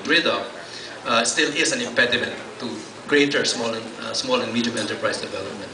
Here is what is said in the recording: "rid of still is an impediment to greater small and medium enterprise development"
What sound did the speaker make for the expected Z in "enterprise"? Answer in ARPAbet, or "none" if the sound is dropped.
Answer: S